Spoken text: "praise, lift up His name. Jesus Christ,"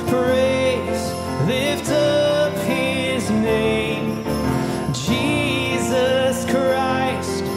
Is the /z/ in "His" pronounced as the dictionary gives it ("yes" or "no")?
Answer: yes